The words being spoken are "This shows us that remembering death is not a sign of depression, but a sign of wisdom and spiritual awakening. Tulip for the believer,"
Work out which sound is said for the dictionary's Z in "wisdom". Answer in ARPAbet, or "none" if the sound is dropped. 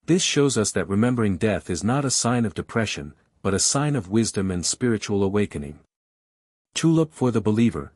Z